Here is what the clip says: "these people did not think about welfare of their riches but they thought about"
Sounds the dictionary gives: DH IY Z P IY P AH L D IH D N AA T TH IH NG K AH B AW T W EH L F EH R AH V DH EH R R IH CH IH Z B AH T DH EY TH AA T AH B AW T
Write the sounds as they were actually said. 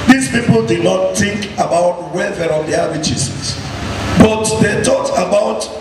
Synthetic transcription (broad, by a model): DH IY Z P IY P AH L D IH D N AA T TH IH NG K AH B AW T W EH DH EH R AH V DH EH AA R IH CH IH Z B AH T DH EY T AA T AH B AW T